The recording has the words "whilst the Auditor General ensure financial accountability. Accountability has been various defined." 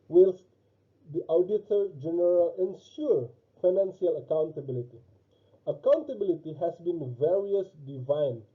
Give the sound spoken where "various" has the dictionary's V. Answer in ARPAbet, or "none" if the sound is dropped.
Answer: V